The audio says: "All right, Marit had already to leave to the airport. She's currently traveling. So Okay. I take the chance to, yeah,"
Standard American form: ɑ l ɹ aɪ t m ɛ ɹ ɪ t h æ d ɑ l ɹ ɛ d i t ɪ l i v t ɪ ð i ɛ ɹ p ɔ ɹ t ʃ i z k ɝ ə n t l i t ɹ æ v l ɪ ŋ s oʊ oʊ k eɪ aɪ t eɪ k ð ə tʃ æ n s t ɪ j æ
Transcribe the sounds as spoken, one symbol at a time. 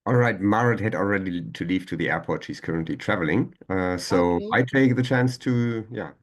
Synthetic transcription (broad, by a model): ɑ l ɹ aɪ t m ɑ ɹ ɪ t h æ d ɑ l ɹ ɛ d i t ɪ l i v t ɪ ð i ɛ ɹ p ɔ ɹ t ʃ i z k ɝ ə n t l i t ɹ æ v l ɪ ŋ s oʊ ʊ aɪ t eɪ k ð ə tʃ æ n s t ɪ j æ